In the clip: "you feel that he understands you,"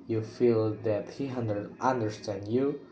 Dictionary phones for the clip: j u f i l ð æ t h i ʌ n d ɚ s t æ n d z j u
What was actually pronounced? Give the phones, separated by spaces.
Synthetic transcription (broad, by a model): j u f i l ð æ t h i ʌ n d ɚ s t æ n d j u